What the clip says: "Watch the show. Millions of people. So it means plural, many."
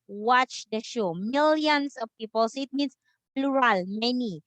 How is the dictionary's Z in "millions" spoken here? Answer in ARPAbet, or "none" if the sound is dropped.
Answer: S